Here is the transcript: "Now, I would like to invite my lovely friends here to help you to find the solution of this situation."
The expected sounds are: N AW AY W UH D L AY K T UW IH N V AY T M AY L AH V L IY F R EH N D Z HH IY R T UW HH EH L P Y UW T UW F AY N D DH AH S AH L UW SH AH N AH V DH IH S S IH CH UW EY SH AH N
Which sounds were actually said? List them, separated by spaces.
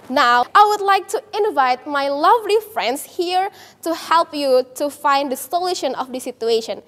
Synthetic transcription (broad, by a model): N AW AY W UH D L AY K T UW IH N V AY T M AY L AH V L IY F R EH N D S HH IY R T UW HH EH L P Y UW T UW F AY N D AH S AH L UW SH AH N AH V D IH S S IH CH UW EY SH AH N